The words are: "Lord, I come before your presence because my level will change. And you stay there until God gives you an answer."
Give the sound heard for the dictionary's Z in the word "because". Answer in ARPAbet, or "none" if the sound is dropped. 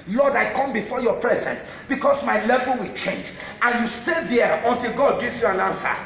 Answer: S